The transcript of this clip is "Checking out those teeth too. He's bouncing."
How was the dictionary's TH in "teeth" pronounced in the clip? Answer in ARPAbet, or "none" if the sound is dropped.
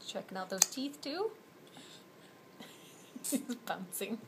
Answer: TH